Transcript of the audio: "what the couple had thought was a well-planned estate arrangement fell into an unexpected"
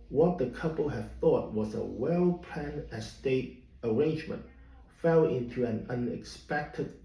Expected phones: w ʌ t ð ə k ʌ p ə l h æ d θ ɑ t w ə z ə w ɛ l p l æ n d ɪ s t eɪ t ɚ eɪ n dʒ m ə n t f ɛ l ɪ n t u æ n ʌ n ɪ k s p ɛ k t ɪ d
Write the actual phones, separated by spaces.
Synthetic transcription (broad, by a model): w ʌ t ð ə k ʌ p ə l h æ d θ ɑ t w ə z ə w ɛ l p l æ n ɪ s t eɪ t ɚ eɪ n dʒ m ə n t f ɛ l ɪ n t u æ n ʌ n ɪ k s p ɛ k t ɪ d